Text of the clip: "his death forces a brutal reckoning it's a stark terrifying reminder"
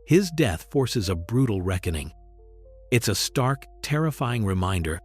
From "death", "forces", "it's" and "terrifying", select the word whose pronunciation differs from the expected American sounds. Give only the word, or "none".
none